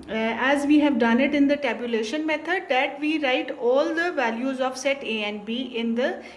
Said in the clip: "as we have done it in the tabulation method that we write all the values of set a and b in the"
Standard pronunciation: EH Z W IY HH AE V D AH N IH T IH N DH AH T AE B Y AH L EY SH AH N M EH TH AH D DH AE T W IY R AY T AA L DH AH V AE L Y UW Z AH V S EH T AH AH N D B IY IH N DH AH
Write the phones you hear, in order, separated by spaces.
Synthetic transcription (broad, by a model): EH Z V IY HH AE V D AH N IH T IH N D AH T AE B Y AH L EY SH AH N M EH T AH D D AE T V IY R AY T AA L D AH V AE L Y UW Z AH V S EH T AH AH N B IY IH N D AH